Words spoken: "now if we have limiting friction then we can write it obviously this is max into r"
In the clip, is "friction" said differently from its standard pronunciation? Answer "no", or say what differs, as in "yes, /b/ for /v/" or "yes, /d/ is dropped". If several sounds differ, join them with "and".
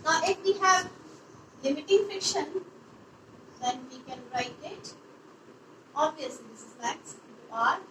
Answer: yes, /ɹ/ is dropped